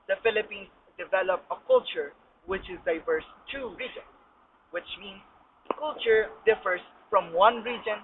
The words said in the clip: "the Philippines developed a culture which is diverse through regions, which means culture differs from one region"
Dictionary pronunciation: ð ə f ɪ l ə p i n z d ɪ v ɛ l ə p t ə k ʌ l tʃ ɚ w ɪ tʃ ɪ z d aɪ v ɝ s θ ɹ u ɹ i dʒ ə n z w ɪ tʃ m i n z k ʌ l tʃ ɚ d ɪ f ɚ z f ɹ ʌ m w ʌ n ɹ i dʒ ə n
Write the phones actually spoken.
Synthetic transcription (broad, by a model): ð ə f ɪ l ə p i n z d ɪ v ɛ l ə p ə k ʌ l tʃ ɚ w ɪ tʃ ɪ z d aɪ v ɝ s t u ɹ i dʒ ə n s w ɪ tʃ m i n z k ʌ l tʃ ɚ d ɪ f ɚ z f ɹ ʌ m w ʌ n ɹ i dʒ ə n